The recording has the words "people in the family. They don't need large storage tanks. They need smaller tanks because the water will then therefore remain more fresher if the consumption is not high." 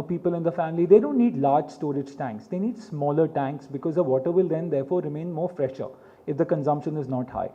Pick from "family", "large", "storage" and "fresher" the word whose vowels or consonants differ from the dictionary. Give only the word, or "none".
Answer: none